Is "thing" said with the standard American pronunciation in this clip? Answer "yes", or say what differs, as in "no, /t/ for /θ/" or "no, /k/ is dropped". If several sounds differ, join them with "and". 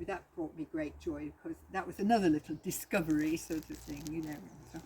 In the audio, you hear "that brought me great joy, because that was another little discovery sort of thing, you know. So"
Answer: yes